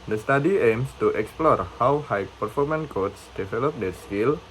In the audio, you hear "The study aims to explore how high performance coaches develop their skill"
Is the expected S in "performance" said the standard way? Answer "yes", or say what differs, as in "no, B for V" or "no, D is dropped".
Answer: no, S is dropped